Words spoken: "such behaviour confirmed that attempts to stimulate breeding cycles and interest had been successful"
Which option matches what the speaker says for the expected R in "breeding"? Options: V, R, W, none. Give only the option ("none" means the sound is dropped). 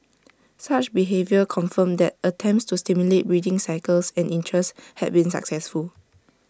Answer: R